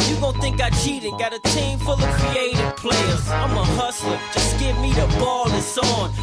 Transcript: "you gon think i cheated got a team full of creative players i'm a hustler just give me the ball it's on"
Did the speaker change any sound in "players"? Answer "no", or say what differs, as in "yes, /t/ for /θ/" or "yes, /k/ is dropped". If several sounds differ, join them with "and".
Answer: yes, /s/ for /z/